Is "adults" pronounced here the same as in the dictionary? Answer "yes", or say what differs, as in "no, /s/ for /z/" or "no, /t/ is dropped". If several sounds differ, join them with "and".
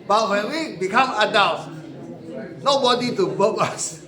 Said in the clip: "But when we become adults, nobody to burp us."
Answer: no, /s/ is dropped